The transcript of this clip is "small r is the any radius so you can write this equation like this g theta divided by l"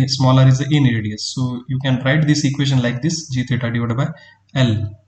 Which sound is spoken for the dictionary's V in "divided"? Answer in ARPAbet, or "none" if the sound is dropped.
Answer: none